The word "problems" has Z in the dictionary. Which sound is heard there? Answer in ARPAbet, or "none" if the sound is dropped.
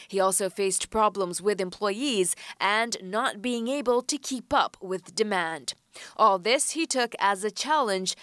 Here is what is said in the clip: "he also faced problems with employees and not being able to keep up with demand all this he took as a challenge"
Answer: Z